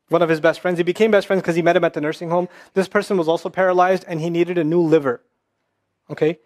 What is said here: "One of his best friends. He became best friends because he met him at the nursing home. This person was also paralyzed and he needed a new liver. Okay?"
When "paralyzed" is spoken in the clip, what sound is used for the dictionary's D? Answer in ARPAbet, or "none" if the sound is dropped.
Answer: D